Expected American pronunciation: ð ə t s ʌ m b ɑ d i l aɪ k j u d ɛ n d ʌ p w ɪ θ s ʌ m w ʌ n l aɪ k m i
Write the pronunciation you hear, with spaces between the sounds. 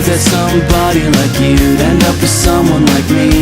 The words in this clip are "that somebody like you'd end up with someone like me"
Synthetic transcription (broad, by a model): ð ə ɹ s ʌ m b ɑ d i l aɪ k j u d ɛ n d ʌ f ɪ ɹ s ʌ m w ʌ n l aɪ k m i